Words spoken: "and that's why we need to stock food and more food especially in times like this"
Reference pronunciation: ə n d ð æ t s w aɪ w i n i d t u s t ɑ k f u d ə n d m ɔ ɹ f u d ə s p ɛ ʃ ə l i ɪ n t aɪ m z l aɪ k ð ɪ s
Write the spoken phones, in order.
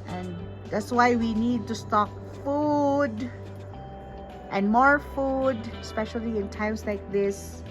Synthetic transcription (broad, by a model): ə n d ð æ t s w aɪ w i n i d t u s t ɑ k f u d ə n m ɔ ɹ f u d s p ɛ ʃ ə l i ɪ n t aɪ m s l aɪ k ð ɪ s